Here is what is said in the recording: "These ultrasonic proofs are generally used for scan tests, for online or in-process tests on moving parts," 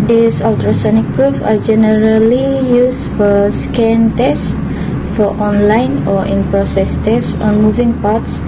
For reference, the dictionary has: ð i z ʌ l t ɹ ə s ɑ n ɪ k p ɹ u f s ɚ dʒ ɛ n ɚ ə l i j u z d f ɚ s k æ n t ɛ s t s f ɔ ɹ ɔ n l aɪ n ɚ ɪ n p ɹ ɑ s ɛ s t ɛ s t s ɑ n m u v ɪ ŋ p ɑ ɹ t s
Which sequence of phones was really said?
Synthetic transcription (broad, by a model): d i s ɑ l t ɹ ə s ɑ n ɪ k p ɹ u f ɑ dʒ ɛ n ɚ ə l i j u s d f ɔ s k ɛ n t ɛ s s f ɔ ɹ ɔ n l aɪ n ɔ ɪ n p ɹ ɑ s ɛ s t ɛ s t ɑ n m u v ɪ ŋ p ɑ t s